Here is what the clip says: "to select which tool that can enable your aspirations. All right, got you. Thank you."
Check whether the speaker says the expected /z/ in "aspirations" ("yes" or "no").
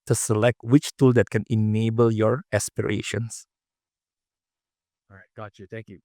no